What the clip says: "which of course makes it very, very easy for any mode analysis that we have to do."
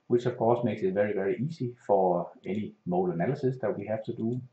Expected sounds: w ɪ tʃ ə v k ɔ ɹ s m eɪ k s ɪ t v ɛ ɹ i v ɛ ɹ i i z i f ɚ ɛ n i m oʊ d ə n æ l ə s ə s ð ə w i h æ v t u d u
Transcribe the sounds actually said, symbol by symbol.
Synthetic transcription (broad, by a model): w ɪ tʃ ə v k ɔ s m eɪ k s ɪ t v ɛ ɹ i v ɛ ɹ i i s i f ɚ ɛ n i m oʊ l ə n æ l ə s ə s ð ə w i h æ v t u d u